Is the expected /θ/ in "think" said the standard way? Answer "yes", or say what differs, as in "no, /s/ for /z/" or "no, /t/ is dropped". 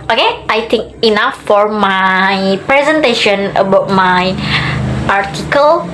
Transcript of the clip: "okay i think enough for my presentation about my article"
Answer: no, /t/ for /θ/